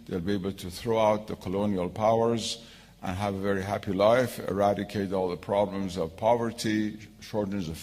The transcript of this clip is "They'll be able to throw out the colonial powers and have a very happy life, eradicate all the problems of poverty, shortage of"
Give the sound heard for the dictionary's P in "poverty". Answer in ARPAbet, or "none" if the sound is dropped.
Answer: P